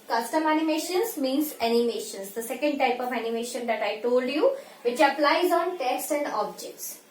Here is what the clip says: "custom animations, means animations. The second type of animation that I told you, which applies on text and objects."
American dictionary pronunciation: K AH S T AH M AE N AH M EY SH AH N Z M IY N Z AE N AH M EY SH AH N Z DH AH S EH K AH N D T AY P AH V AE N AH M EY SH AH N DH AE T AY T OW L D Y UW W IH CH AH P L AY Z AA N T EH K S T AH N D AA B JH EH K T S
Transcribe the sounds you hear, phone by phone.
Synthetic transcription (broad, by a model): K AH S T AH M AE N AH M EY SH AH N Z M IY N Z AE N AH M EY SH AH N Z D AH S EH K AH N D T AY P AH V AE N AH M EY SH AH N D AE T AY T OW L D Y UW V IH CH AH P L AY Z AA N T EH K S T AH N D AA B JH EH K T S